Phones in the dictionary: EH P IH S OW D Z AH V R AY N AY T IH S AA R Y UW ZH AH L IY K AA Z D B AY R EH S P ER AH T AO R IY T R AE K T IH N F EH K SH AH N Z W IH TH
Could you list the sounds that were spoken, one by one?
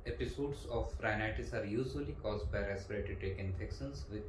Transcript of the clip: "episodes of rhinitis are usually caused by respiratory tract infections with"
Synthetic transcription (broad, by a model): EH P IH S OW D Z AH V R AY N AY T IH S AA R Y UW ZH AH L IY K AA Z D B AY R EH S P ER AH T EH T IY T EH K IH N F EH K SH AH N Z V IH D